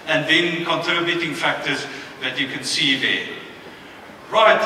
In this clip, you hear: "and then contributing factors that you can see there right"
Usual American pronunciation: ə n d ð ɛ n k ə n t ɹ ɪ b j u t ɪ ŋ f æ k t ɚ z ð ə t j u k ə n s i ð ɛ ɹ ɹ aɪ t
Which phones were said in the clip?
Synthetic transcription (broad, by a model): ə n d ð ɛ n k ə n t ʌ b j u t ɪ ŋ f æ k t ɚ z ð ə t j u k ə n s i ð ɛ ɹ ɹ aɪ t